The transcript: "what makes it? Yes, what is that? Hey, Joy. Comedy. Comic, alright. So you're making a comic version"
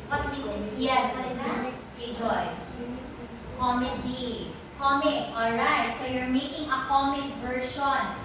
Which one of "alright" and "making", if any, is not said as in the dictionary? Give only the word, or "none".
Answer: none